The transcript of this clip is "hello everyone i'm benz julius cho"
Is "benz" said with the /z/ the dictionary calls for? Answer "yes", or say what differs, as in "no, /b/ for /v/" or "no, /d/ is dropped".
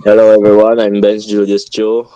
no, /s/ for /z/